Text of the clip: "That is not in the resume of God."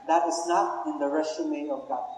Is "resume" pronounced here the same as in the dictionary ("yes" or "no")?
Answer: no